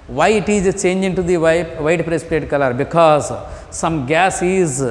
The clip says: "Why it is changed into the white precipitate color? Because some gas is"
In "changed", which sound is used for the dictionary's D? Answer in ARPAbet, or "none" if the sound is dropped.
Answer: none